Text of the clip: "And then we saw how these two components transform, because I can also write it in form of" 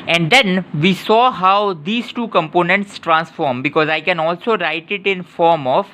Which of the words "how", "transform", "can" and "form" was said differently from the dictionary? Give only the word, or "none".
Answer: none